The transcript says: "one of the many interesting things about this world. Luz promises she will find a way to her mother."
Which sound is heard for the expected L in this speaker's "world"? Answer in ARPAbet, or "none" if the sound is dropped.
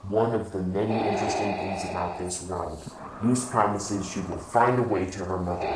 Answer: N